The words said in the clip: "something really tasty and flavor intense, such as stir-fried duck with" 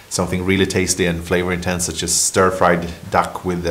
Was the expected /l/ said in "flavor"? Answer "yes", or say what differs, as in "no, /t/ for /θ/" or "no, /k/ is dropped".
yes